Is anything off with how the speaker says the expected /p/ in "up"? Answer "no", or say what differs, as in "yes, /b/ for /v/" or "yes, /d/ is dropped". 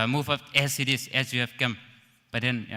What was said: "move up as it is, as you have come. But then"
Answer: yes, /f/ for /p/